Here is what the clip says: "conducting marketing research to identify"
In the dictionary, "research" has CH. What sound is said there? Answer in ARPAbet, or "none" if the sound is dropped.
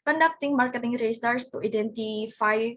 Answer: S